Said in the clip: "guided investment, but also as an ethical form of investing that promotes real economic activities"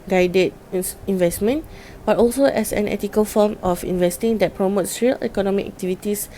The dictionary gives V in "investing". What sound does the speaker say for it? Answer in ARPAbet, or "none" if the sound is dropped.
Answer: V